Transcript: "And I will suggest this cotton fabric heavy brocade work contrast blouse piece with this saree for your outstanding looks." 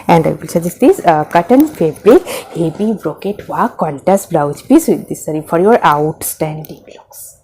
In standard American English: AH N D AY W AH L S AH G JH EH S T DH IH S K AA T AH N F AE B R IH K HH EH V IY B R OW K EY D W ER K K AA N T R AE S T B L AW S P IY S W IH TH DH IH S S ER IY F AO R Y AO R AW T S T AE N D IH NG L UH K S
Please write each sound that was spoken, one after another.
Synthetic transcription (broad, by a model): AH N D AY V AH L S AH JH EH S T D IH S K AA T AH N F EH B R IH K HH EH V IY B R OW K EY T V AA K K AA N T AE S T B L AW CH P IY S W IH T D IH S S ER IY F AO R Y AO R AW T S T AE N D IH NG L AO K S